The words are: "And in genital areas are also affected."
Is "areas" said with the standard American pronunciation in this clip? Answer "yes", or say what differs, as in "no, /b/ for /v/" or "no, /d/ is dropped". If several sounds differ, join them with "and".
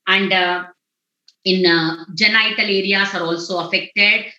no, /s/ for /z/